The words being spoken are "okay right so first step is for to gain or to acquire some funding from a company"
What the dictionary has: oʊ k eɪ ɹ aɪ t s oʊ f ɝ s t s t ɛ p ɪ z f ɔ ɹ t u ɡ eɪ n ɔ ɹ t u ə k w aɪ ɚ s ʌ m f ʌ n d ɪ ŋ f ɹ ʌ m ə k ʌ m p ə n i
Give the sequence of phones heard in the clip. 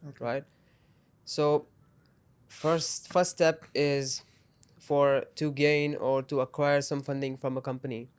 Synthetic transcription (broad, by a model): ɹ aɪ t s oʊ f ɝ s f s t ɛ p ɪ z f ɔ ɹ t u ɡ eɪ n ɔ ɹ t u ə k w aɪ ɚ s ʌ m f ʌ n d ɪ ŋ f ɹ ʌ m ə k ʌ m p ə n i